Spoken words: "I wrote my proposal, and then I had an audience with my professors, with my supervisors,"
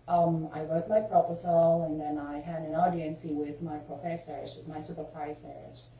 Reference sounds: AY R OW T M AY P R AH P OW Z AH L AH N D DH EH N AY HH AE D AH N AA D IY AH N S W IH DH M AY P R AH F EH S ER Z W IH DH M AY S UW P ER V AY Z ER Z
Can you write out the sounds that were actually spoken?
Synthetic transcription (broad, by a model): AY R OW T M AY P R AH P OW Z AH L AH N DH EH N AY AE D AH N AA D IY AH N S W IH DH M AY P R AH F EH S ER Z W IH DH M AY S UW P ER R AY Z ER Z